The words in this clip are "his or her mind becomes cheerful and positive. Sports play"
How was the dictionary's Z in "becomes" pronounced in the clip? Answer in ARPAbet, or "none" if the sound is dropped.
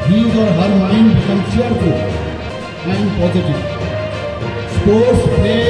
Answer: none